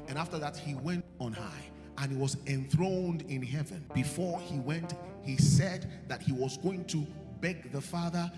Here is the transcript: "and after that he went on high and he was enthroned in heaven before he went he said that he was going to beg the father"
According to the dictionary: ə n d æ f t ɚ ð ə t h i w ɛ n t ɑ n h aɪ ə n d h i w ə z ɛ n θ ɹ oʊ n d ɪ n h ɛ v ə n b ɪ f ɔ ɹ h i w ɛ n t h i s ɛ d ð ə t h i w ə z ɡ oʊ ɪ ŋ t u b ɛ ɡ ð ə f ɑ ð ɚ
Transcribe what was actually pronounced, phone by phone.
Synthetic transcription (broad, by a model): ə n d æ f t ɚ ð ə t h i w ɛ n t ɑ n h aɪ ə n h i w ə z ɛ n θ ɹ oʊ n d ɪ n h ɛ v ə n b ɪ f ɔ ɹ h i w ɛ n t h i s ɛ d ð ə t h i w ə z ɡ oʊ ɪ ŋ t u b ɛ ɡ ð ə f ɑ ð ɚ